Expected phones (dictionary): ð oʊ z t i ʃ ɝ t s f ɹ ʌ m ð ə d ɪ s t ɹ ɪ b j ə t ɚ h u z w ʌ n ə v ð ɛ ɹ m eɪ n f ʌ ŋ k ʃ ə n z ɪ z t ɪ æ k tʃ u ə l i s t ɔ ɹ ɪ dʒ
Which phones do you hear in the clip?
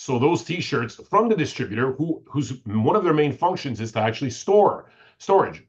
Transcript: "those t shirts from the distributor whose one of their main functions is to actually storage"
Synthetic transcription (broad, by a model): ð oʊ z t i ʃ ɝ t s f ɹ ʌ m ð ə d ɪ s t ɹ ɪ b j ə t ɚ h u z w ʌ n ə v ð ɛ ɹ m eɪ n f ʌ ŋ k ʃ ə n z ɪ z t ɪ æ k tʃ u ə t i s t ɔ ɹ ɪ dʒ